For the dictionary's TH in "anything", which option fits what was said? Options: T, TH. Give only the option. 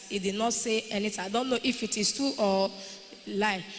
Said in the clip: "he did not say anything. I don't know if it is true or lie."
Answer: T